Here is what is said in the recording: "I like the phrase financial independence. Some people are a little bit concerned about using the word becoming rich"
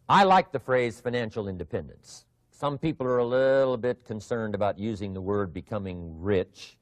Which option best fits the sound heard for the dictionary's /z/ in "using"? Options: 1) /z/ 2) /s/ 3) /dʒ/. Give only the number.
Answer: 1